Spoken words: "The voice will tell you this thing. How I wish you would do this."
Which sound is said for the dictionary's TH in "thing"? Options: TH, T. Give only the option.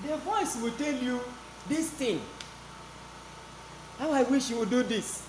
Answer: T